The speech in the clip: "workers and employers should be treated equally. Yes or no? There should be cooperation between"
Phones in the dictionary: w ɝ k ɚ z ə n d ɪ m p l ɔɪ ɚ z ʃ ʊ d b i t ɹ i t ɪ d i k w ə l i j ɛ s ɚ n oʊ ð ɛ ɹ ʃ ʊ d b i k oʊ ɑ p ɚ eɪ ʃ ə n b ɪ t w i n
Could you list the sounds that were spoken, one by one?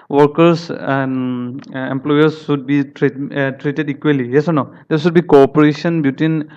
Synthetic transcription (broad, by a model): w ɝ k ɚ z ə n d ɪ m p l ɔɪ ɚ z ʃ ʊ d b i t ɹ i t ɪ d i k w ə l i j ɛ s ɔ n oʊ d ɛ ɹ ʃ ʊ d b i k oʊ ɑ p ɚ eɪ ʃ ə n b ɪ t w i n